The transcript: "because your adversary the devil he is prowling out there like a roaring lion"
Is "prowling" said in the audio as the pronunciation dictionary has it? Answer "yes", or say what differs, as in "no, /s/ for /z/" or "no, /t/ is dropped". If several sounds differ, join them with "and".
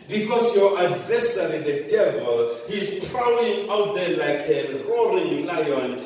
no, /l/ is dropped